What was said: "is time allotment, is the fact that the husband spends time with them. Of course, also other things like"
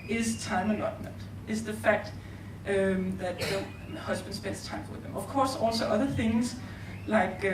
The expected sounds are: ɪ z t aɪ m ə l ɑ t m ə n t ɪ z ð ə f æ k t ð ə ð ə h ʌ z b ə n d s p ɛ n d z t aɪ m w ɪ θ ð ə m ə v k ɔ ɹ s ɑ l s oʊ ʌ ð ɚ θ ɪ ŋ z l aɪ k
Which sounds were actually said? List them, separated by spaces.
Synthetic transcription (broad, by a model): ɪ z t aɪ m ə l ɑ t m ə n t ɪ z ð ə f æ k t ð ə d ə h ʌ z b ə n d s b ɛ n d s t aɪ m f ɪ ð ə m ə v k ɔ s ɑ l s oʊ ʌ ð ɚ θ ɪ ŋ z l aɪ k